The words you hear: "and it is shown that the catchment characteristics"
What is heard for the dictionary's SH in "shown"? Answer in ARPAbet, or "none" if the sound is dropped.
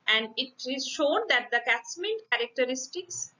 SH